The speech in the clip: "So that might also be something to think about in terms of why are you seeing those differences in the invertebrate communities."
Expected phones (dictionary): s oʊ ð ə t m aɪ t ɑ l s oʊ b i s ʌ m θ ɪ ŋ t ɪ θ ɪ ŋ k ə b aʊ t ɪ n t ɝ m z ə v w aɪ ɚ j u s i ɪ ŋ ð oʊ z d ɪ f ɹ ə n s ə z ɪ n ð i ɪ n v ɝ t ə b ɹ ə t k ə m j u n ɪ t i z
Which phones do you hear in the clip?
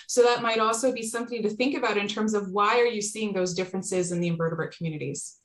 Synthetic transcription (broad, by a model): s oʊ ð ə t m aɪ t ɑ l s oʊ b i s ʌ m θ ɪ ŋ t ɪ θ ɪ ŋ k ə b aʊ t ɪ n t ɝ m z ə v w aɪ ɚ j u s i ɪ ŋ ð oʊ z d ɪ f ɹ ə n s ə z ɪ n ð i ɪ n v ɝ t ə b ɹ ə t k m j u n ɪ t i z